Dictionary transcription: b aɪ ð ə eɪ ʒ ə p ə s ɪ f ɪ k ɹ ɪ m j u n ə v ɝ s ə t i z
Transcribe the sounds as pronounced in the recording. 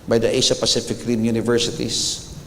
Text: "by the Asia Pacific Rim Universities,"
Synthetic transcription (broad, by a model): b aɪ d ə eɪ ʃ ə p ə s ɪ f ɪ k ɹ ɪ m j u n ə v ɝ s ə t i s